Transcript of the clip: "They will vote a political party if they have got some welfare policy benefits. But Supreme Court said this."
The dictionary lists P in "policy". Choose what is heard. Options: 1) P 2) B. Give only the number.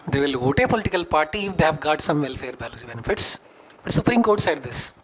2